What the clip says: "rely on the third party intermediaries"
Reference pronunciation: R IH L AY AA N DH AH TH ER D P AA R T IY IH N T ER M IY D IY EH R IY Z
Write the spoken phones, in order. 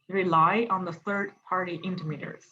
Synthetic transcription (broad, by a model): R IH L AY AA N DH AH TH ER D P AA R T IY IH N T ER M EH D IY R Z